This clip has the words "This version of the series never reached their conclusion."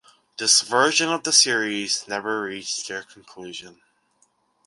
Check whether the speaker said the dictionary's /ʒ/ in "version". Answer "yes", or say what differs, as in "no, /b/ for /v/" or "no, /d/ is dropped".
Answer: yes